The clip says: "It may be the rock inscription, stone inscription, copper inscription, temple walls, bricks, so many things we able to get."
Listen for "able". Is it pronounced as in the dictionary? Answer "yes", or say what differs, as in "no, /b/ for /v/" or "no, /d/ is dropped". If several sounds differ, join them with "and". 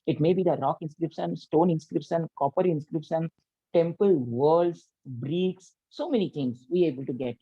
yes